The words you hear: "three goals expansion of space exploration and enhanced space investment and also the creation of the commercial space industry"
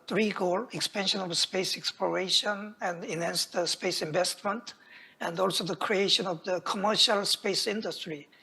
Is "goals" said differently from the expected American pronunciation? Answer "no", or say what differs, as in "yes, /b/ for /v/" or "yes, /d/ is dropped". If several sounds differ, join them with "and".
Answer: yes, /z/ is dropped